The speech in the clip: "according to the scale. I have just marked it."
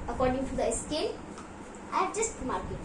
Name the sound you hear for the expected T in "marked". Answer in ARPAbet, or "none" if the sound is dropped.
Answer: none